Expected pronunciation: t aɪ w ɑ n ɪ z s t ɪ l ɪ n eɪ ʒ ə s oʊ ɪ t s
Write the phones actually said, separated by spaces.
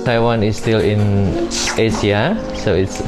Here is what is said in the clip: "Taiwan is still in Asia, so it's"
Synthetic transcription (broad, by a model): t aɪ w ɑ n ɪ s t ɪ l ɪ n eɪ s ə s oʊ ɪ t s